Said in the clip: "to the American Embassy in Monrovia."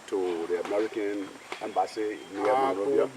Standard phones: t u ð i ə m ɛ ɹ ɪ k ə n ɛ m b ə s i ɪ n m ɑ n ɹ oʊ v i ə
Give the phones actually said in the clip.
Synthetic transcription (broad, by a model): t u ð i ə m ɛ ɹ ɪ k ə n ɛ m b ə s i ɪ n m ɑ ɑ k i